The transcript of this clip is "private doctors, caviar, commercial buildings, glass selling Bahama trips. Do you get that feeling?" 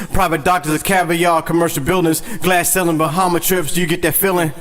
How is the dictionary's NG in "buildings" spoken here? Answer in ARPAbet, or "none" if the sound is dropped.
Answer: none